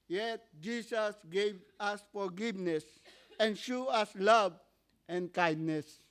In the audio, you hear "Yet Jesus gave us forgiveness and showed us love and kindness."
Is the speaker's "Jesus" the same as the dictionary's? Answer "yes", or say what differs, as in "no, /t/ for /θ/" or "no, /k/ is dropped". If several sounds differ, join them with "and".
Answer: no, /s/ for /z/